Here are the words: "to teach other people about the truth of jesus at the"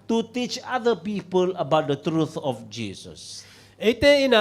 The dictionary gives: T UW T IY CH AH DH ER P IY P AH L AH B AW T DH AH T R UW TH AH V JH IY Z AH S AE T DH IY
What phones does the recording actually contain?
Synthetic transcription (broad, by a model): T UW T IY CH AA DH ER P IY P AH L AH B AW T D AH T R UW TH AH F JH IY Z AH S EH T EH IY